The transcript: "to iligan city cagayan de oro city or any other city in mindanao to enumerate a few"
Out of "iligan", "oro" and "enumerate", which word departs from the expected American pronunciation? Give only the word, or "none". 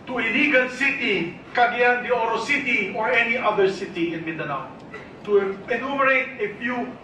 iligan